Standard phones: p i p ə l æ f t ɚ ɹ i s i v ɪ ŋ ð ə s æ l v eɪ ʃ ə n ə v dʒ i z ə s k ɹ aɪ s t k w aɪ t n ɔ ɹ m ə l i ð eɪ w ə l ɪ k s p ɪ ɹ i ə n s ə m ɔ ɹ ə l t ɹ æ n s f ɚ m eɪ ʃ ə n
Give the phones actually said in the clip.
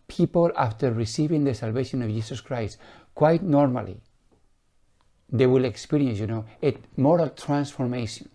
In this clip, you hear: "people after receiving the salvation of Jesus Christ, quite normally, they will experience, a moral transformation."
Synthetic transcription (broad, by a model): p i p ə l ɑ f t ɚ ɹ i s i v ɪ ŋ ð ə s æ l v eɪ ʃ ə n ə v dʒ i s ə s k ɹ aɪ s t k w aɪ t n ɔ ɹ m ə l i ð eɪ w ə l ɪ k s p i ɹ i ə n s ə m ɔ ɹ ə l t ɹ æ n s f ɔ m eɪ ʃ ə n